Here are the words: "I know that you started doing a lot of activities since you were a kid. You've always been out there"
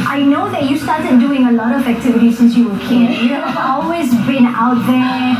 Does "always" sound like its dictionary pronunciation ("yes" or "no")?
yes